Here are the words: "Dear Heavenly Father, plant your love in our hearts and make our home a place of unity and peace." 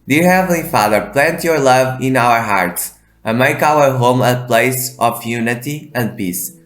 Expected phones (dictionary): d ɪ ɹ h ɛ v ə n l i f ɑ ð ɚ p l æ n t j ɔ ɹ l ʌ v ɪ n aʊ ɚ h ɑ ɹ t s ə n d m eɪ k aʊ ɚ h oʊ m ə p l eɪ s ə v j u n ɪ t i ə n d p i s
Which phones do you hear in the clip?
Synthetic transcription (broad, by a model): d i ɹ h ɛ v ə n l i f ɑ ð ɚ p l æ n t j ɔ ɹ l ʌ v ɪ n aʊ ɚ h ɑ ɹ t s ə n m eɪ k aʊ ɚ h oʊ m ə p l eɪ s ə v j u n ɪ t i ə n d p i s